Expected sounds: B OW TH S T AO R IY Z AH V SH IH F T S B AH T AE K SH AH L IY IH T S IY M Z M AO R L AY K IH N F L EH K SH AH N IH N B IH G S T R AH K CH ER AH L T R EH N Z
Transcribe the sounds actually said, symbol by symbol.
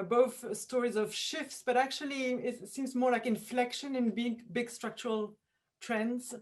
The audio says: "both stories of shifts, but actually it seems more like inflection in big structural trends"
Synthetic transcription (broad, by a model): B OW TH S T AO R IY Z AH V SH IH F T S B AH T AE K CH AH L IY IH T S IY M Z M AO R L AY K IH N F L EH K SH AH N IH N B IH G S T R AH K CH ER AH L T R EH N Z